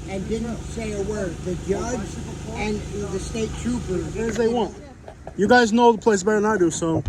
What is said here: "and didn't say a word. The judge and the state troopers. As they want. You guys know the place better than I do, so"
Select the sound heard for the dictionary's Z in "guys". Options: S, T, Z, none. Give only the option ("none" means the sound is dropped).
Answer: Z